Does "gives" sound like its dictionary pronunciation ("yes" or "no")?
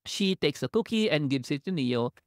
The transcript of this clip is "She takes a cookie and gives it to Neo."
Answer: no